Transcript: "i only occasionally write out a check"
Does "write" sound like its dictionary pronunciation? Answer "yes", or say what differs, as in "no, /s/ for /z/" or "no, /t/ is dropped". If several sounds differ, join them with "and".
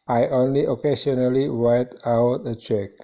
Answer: no, /w/ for /ɹ/